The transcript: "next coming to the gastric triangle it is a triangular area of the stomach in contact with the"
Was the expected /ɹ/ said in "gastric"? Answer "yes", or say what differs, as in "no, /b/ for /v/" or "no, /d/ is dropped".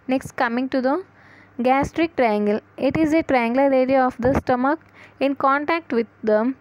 yes